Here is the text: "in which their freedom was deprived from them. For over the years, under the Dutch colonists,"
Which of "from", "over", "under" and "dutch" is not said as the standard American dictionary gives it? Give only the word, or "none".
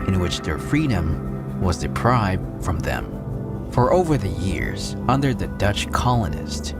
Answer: none